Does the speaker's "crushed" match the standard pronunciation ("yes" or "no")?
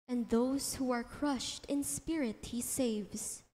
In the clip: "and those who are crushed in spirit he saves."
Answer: yes